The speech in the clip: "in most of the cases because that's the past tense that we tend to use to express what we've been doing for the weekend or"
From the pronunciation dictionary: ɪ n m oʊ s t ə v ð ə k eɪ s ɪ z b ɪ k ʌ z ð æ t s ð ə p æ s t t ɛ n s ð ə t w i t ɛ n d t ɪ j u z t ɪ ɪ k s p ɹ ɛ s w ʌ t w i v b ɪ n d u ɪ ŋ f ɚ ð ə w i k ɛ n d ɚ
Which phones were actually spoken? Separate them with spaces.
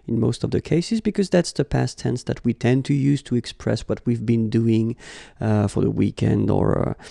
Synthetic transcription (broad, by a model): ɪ n m oʊ s t ə v ð ə k eɪ s ɪ z b ɪ k ʌ z ð æ t s ð ə p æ s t t ɛ n s ð ə t w i t ɛ n t ɪ j u z t ɪ ɪ k s p ɹ ɛ s w ʌ t w i v b ɪ n d u ɪ ŋ f ɚ ð ə w i k ɛ n d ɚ